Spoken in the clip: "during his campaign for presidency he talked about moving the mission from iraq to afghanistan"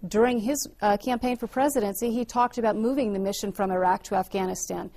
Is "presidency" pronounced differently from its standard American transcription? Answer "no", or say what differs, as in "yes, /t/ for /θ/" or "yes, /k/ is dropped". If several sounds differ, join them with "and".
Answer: no